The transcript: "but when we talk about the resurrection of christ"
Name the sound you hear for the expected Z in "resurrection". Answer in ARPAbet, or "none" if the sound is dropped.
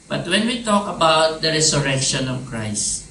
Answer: S